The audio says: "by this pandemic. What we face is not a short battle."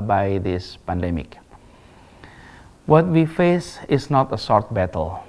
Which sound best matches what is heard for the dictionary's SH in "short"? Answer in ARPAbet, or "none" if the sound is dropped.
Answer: S